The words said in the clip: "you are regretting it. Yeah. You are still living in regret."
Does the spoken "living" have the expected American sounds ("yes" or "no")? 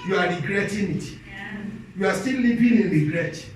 no